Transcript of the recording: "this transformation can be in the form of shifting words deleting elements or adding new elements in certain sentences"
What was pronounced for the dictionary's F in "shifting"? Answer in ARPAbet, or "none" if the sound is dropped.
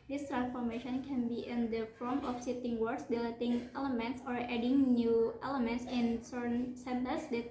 none